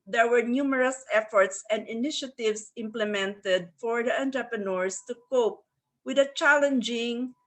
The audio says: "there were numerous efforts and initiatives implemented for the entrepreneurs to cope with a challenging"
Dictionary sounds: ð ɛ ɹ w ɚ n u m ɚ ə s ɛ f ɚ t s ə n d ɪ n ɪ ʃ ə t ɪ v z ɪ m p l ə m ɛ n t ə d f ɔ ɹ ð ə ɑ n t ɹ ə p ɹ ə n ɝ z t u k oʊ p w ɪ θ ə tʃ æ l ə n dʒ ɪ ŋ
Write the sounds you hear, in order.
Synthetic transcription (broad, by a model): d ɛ ɹ w ɚ n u m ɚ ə s ɛ f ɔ t s ə n d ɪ n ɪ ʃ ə t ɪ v s ɪ m p l ə m ɛ n t ə d f ɔ ɹ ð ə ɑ n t ɹ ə p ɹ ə n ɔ s t u k oʊ p w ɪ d ə tʃ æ l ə n dʒ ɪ ŋ